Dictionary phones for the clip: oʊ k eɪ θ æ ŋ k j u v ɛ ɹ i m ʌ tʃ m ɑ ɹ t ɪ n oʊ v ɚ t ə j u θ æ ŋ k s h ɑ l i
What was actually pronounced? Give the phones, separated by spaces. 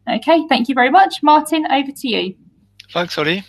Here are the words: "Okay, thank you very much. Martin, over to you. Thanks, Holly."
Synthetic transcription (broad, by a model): oʊ k eɪ θ æ ŋ k j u v ɛ ɹ i m ʌ tʃ m ɑ t ɪ n oʊ v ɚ t ə j u f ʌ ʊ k s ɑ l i